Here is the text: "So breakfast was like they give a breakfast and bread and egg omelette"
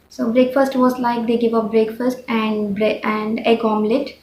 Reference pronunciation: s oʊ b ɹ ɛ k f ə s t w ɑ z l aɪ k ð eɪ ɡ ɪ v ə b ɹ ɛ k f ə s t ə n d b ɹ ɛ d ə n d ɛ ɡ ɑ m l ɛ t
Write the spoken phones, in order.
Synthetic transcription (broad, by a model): s oʊ b ɹ ɛ k f ə s t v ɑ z l aɪ k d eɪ ɡ ɪ v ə b ɹ ɛ k f ə s t ə n d b ɹ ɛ ə n d ɛ ɡ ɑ m l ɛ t